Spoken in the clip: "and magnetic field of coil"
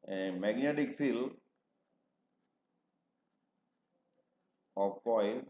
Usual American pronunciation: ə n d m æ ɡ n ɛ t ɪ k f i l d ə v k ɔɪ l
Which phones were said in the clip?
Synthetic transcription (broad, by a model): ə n m æ ɡ n ɛ t ɪ k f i l ə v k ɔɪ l